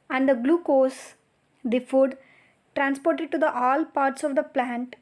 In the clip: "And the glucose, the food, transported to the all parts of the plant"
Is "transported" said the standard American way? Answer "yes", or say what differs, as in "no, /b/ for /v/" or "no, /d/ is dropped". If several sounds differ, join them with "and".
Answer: yes